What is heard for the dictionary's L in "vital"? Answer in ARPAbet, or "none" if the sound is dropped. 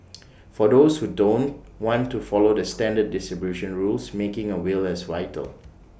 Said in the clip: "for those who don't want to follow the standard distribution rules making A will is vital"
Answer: L